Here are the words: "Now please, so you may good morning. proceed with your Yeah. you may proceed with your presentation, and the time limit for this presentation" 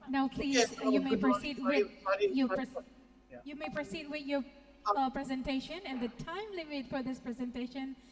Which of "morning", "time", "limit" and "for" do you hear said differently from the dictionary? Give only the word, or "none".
morning